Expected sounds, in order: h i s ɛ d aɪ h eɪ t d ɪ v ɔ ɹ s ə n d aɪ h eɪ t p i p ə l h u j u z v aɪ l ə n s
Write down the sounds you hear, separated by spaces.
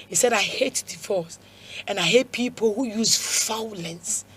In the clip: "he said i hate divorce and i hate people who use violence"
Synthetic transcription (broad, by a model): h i s ɛ d aɪ h eɪ t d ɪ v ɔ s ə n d aɪ h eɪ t p i p ə l h u j u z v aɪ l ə n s